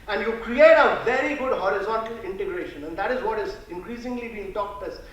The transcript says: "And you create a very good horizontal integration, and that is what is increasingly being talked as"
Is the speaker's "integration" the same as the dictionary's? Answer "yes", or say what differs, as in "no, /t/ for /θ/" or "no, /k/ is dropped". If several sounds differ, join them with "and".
yes